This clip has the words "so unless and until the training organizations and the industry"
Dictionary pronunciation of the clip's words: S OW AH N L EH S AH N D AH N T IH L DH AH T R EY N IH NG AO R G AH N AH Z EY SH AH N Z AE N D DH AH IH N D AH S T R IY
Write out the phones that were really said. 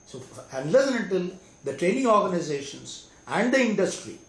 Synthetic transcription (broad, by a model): S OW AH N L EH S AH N AH N T IH L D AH T R EY N IH NG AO R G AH N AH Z EY SH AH N S AE N D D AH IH N D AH S T R IY